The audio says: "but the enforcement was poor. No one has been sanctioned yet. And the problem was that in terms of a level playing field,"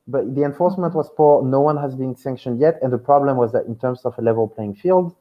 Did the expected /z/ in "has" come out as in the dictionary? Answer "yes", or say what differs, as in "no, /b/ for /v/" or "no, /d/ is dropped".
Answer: yes